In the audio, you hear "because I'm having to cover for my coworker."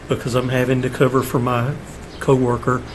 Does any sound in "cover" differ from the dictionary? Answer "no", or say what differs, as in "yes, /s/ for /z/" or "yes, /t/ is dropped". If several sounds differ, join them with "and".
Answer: no